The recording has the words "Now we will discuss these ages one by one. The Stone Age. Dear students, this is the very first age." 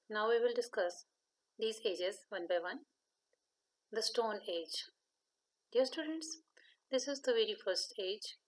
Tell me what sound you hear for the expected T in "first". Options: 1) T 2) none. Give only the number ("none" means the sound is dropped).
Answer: 1